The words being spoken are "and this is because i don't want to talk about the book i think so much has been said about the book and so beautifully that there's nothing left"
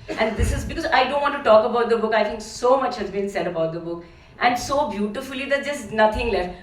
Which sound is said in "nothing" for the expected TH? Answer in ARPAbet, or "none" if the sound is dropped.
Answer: T